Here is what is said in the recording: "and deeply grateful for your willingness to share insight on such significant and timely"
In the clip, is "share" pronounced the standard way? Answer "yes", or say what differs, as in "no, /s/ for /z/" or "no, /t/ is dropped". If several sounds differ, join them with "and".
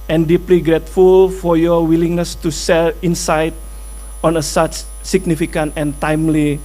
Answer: no, /s/ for /ʃ/ and /l/ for /ɹ/